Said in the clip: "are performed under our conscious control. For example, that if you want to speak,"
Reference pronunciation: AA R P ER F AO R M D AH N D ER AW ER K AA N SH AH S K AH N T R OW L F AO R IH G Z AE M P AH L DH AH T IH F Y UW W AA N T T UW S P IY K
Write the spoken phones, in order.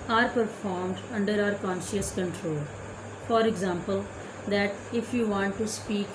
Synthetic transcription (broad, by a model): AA R P ER F AO R M D AH N D ER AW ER K AA N SH AH S K AH N T R OW L F AO R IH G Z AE M P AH L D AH T IH F Y UW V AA N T T UW S P IY K